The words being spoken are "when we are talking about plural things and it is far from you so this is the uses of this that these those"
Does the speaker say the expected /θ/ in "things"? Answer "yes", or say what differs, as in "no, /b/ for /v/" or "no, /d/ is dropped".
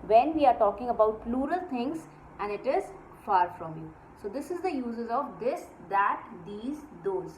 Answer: no, /t/ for /θ/